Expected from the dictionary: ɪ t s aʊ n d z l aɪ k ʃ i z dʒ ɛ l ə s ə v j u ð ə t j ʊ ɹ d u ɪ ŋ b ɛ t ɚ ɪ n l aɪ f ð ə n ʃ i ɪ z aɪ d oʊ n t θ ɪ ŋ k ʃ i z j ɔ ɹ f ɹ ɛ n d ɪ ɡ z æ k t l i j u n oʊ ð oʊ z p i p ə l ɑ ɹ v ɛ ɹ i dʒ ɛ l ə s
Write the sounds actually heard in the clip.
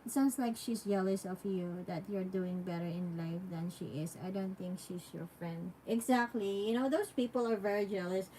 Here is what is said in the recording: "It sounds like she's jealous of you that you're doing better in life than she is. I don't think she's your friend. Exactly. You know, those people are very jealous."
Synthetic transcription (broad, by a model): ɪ t s aʊ n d s l aɪ k ʃ i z dʒ ɛ l ə s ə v j u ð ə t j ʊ ɹ d u ɪ ŋ b ɛ t ɚ ɪ n l aɪ f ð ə n ʃ i ɪ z aɪ d oʊ n t θ ɪ ŋ k ʃ i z j ɔ ɹ f ɹ ɛ n d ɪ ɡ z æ k t l i j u n oʊ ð oʊ s p i p ə l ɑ ɹ v ɛ ɹ i dʒ ɛ l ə s